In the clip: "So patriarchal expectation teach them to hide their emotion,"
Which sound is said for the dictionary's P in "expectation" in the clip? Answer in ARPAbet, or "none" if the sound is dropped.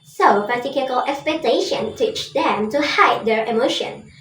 P